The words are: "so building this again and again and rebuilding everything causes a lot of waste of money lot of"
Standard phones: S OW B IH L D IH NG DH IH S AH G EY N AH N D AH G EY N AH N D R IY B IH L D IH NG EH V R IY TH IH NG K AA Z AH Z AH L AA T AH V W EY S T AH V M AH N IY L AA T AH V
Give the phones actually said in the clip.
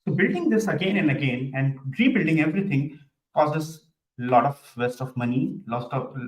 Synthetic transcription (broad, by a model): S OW B IH L D IH NG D IH S AH G EY N AH N D AH G EY N AH N D R IY B IH L D IH NG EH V R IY T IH NG K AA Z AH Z L AA T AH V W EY S T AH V M AH N IY L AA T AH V